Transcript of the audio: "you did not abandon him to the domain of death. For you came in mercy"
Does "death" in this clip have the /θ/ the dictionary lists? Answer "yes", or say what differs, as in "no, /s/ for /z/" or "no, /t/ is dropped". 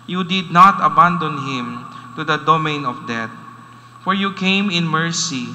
no, /t/ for /θ/